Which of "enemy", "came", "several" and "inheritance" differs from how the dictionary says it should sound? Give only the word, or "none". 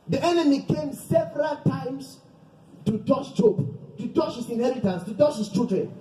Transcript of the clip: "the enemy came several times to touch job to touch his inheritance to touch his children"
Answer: none